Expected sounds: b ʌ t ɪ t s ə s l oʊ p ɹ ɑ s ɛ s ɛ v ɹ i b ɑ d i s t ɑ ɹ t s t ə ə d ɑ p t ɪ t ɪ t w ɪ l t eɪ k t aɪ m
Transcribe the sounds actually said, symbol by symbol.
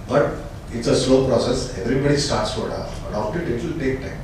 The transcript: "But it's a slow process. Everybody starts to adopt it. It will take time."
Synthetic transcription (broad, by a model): b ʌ t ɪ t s ə s l oʊ p ɹ ɑ s ɛ s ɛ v ɹ i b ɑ d i s t ɑ ɹ t s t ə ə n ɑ f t ɪ t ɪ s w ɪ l t eɪ k t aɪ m